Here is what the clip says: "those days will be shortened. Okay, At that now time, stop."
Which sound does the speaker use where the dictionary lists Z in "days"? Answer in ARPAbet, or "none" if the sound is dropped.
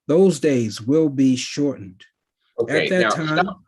Z